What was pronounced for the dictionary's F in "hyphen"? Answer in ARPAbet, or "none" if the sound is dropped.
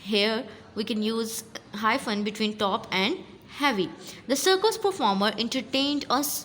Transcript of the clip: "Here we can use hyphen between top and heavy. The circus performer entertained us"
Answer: F